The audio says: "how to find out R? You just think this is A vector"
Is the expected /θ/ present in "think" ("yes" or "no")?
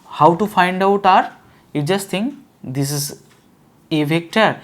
no